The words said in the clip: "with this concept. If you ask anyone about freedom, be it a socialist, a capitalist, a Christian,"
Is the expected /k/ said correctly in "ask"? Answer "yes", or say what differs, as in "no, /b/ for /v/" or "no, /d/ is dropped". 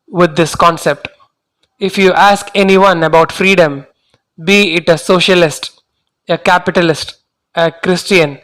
yes